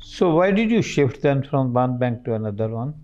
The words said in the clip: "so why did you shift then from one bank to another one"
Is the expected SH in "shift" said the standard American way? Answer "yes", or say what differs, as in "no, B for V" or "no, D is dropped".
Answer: yes